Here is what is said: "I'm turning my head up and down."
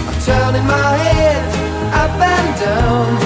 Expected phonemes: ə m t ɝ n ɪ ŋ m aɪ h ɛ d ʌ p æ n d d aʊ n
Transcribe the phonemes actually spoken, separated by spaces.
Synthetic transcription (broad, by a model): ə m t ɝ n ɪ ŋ m aɪ h ɛ d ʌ b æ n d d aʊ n